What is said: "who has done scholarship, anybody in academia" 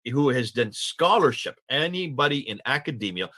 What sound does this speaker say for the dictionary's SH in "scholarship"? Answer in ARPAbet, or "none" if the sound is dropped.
SH